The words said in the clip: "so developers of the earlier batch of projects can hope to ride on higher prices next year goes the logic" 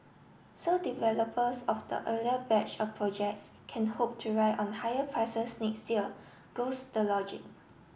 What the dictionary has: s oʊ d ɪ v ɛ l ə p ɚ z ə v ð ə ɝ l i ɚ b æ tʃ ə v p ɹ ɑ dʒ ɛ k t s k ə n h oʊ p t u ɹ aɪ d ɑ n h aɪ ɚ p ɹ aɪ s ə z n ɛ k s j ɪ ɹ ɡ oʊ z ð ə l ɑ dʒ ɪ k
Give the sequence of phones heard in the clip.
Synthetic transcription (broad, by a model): s oʊ d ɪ v ɛ l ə p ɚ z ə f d ə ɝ l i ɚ b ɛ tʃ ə f p ɹ ɑ dʒ ɛ k t s k ə n h oʊ p t u ɹ aɪ ɑ n h aɪ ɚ p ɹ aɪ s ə s n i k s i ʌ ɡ oʊ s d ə l ɑ dʒ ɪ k